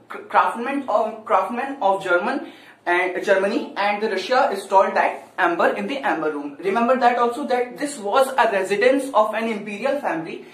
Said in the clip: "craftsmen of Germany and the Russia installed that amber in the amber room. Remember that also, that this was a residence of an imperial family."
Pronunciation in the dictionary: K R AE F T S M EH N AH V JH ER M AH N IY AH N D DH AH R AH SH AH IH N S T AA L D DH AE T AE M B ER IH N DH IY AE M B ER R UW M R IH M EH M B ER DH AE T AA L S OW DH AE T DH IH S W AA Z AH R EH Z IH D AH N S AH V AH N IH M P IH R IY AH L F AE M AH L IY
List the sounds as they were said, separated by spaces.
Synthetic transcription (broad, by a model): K R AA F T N M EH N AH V JH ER M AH N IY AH N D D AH R AH SH AH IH S T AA L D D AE T AE M B ER IH N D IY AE M B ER R UW M R IH M EH M B ER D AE T AA L S OW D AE T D IH S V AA Z AH R EH Z IH D AH N S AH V AH N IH M P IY R IY AH L F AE M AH L IY